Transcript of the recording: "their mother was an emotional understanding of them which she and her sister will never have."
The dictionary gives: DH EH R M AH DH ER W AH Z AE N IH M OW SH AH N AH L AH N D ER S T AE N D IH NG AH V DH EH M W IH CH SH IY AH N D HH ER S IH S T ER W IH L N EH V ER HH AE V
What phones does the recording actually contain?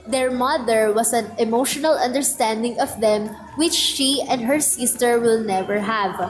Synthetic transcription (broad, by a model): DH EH R M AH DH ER W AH S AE N IH M OW SH AH N AH L AH N D ER S T AE N D IH NG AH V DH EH M W IH CH SH IY AH N D HH ER S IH S T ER W IH L N EH V ER HH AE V